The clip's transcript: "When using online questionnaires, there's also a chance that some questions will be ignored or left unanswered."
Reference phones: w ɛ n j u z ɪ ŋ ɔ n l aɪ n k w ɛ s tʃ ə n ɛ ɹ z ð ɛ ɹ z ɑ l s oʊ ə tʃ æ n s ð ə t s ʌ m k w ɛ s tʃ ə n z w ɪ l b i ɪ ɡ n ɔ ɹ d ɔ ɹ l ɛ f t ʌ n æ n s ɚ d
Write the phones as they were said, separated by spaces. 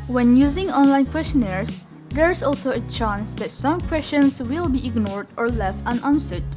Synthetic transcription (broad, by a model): w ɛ n j u z ɪ ŋ ɔ n l aɪ n k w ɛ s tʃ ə n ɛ ɹ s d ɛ ɹ s ɑ l s oʊ ə tʃ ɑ n s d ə t s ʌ m k w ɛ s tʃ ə n s w ɪ l b i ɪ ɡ n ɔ ɹ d ɔ ɹ l ɛ f t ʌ n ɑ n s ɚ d